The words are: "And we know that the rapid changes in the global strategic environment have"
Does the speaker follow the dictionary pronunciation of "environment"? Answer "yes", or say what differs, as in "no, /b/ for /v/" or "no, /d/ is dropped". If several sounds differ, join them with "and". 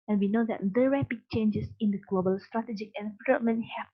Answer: no, /l/ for /ɹ/